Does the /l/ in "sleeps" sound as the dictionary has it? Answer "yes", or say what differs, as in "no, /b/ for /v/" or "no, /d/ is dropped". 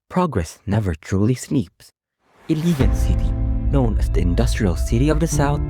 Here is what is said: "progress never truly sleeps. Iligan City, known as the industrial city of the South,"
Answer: no, /n/ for /l/